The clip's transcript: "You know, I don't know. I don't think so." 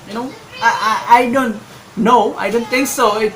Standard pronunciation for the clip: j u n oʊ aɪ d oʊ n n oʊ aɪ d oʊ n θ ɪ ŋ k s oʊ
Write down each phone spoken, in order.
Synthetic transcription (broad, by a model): j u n oʊ aɪ d oʊ n n oʊ aɪ d oʊ n t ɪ ŋ k s oʊ